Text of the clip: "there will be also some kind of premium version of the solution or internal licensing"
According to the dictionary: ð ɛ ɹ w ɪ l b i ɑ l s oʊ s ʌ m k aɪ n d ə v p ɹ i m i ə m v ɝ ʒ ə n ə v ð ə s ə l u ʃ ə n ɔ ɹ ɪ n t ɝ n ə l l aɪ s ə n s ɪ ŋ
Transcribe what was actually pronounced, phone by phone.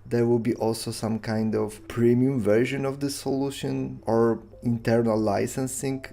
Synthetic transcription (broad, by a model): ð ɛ ɹ w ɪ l b i ɑ l s oʊ s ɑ m k aɪ n d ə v p ɹ i m i ə m v ɝ ʒ ə n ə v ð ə s ə l u ʃ ə n ɔ ɹ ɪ n t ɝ n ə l l aɪ s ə n s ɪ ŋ